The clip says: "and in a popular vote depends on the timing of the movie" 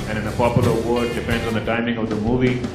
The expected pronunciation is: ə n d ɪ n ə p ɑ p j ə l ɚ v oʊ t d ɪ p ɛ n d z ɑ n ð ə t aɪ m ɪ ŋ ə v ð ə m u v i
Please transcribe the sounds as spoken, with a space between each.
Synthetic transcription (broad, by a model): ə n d ɪ n ə p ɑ p j l ɚ w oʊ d d ɪ p ɛ n d z n ð ə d aɪ m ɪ ŋ ə v ð ə m u v i